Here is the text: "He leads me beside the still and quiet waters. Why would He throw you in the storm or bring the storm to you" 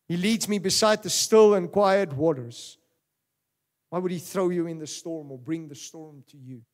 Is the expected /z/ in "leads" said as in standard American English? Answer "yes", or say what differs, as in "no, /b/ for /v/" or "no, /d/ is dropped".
yes